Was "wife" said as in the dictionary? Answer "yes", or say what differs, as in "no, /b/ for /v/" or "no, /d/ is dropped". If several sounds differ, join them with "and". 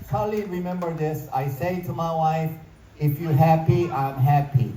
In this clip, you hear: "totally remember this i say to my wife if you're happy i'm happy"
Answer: yes